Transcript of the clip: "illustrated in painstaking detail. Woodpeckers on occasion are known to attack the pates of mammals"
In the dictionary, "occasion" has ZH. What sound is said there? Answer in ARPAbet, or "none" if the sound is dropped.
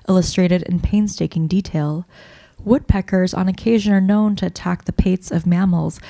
ZH